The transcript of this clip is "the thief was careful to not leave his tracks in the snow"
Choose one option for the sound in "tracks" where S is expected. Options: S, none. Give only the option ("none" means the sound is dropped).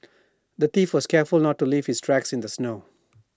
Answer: S